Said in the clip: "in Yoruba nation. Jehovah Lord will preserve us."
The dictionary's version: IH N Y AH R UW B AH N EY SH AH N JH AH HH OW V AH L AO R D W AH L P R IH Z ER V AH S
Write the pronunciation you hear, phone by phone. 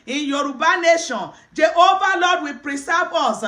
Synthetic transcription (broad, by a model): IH Y AH R UW B AH N EY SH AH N JH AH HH OW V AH L AO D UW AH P R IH S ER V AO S